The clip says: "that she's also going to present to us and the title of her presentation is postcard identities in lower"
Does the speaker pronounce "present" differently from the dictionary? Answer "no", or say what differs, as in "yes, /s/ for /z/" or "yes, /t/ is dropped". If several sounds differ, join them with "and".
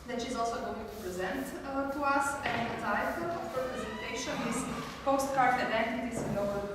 no